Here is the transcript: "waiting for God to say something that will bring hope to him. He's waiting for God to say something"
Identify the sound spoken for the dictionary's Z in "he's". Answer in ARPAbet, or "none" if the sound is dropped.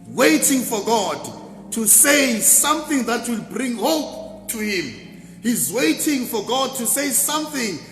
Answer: Z